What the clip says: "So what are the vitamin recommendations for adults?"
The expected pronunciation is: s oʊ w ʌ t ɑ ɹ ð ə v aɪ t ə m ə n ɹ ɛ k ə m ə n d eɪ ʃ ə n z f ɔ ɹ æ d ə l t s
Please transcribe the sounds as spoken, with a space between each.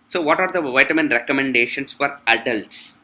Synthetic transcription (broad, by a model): s oʊ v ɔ t ɑ ɹ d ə v aɪ t ə m ə n ɹ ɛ k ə m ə n d eɪ ʃ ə n s f ɔ ɹ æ d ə l t s